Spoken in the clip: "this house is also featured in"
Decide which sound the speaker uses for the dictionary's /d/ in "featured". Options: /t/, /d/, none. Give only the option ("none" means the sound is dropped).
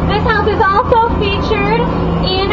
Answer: /d/